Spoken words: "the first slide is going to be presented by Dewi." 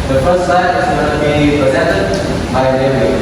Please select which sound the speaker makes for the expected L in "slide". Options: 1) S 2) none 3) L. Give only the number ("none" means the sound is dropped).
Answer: 2